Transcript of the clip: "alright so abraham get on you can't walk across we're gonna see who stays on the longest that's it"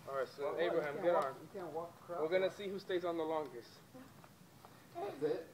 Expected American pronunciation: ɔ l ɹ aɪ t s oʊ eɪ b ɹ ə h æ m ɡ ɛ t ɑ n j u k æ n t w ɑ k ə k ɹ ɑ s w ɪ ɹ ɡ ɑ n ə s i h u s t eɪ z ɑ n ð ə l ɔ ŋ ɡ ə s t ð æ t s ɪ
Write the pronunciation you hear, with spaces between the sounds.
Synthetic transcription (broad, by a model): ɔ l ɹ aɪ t s oʊ eɪ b ɹ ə h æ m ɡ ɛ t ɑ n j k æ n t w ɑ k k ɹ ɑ w ɪ ɹ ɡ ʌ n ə s i h u s t eɪ z n ð ə l ɔ ŋ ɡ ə s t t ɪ